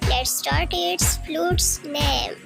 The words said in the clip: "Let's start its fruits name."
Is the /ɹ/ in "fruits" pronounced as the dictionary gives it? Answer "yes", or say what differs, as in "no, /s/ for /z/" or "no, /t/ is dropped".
no, /l/ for /ɹ/